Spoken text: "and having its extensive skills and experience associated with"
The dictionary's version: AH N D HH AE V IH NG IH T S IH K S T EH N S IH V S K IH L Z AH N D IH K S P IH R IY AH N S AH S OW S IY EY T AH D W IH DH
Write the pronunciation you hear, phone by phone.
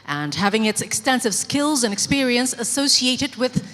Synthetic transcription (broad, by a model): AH N HH AE V IH NG IH T S IH K S T EH N S IH V S K IH L Z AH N IH K S P IH R IY AH N S AH S OW S IY EY T AH D W IH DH